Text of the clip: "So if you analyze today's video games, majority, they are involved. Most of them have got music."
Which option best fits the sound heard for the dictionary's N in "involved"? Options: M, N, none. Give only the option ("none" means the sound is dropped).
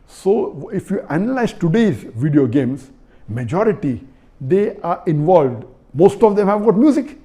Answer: N